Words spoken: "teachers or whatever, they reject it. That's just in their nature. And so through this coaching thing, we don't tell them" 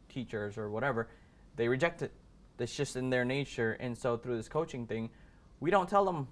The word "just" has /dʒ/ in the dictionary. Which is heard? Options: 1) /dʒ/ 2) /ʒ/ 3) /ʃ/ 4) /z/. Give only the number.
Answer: 3